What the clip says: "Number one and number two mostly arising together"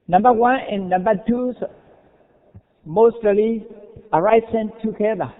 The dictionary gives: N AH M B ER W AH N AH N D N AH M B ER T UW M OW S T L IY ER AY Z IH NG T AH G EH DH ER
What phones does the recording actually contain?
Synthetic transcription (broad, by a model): N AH M B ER W AH N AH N N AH M B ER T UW M OW S T L IY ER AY S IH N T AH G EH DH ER